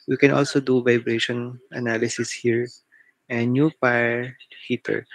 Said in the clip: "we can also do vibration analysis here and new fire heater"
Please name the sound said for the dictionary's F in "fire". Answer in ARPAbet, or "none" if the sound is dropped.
P